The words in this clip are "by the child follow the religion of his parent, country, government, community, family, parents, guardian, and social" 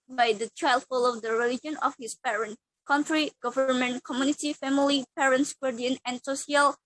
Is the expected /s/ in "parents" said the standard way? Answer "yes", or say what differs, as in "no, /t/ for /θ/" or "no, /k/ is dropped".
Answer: yes